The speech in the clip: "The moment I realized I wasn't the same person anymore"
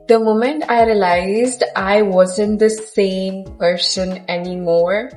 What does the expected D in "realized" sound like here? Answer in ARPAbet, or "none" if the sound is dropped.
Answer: D